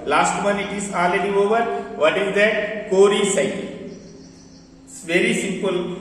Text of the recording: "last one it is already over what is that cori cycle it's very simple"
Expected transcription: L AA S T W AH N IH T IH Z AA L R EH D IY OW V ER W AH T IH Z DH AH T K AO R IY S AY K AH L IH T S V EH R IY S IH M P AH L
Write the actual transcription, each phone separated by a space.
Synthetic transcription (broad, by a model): L AA S T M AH N IH T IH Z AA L EH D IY OW V ER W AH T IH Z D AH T K AO R IY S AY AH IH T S V EH R IY S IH M P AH L